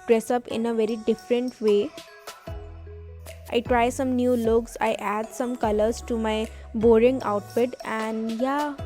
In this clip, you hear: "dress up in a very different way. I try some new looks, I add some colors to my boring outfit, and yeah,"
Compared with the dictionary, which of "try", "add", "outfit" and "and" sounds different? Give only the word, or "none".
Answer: outfit